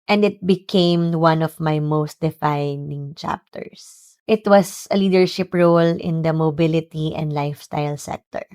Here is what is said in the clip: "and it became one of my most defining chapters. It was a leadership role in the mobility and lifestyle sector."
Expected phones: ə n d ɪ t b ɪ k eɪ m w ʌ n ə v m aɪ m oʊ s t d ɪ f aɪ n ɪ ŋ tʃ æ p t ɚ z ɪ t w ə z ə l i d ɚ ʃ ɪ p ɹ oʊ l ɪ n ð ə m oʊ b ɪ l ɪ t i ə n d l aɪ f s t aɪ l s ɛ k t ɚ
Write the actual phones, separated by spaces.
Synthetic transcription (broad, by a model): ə n d ɪ t b ɪ k eɪ m w ʌ n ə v m aɪ m oʊ s t d ɪ f aɪ n ɪ ŋ tʃ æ p t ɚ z ɪ t w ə s ə l i d ɚ ʃ ɪ p ɹ oʊ l ɪ n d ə m oʊ b ɪ l ɪ t i ə n d l aɪ f s t aɪ l s ɛ k t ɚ